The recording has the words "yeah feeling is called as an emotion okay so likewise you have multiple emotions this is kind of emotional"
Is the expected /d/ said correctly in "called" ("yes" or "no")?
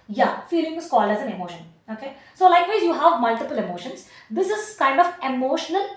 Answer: no